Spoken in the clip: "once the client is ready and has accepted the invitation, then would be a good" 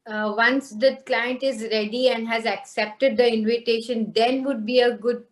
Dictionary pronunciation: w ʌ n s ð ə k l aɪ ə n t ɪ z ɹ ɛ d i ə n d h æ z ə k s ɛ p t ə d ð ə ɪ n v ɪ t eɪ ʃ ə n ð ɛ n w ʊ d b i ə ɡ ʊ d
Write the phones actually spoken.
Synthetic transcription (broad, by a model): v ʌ n s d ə k l aɪ ə n t ɪ z ɹ ɛ d i ə n d h æ z ə k s ɛ p t ə d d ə ɪ n v ɪ t eɪ ʃ ə n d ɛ n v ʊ d b i ə ɡ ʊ d